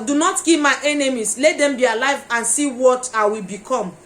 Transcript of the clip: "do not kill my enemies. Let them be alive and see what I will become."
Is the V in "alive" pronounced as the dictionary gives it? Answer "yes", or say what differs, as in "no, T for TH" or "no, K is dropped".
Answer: yes